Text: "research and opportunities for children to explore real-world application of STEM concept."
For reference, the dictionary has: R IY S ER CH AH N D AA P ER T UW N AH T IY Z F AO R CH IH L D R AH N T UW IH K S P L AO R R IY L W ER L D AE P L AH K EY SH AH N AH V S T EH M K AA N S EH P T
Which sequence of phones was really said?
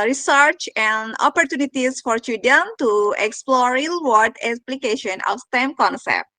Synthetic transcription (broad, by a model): R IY S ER CH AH N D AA P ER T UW N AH T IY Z F AO R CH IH D AH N T UW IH K S P L AO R R IY L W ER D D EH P L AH K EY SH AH N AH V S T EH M K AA N S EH P T